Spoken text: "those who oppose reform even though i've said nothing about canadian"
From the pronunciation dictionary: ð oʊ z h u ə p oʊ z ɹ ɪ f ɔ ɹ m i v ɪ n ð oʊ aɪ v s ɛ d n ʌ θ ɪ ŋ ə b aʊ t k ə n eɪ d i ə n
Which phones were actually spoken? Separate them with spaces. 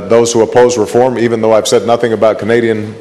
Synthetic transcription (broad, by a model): ð oʊ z h u ə p oʊ z ɹ ɪ f ɔ ɹ m i v ɪ n ð oʊ aɪ v s ɛ d n ʌ θ ɪ ŋ ə b aʊ t k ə n eɪ d i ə n